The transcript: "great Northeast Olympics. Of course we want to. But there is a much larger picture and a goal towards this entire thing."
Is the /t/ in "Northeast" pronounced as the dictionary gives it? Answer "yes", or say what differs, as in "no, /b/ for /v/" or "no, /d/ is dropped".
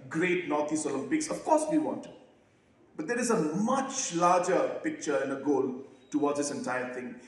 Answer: no, /t/ is dropped